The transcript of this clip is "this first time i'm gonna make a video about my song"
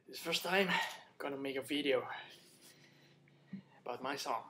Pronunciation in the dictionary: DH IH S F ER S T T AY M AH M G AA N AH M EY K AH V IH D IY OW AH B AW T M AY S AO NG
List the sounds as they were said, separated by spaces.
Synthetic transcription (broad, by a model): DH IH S F ER S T T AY AH M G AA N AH M EY K AH V IH D IY OW AH B AW T M AY S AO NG